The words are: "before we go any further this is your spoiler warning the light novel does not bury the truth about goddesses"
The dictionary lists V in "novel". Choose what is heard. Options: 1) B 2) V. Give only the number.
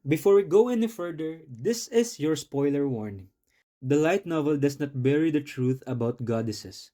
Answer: 2